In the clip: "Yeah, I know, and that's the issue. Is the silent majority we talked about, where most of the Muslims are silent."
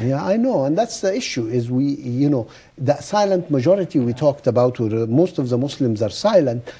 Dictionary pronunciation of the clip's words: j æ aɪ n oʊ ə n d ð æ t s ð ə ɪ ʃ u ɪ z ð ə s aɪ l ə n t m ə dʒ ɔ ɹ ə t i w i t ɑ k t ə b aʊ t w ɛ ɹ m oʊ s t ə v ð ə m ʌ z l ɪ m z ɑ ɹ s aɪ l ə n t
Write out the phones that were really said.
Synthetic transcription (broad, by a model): j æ aɪ n oʊ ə n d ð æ t s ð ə ɪ ʃ u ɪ z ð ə s aɪ l ə n t m ə dʒ ɔ ɹ ə t i w i t ɑ k t ə b aʊ t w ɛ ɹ m oʊ s t ə v ð ə m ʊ s l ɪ m z ɑ ɹ s aɪ l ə n t